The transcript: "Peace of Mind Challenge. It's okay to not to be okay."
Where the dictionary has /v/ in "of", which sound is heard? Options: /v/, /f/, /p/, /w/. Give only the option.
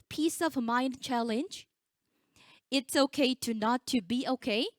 /v/